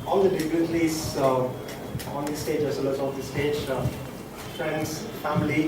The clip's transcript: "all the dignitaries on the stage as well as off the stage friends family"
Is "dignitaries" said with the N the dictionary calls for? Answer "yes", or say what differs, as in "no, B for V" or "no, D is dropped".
no, N is dropped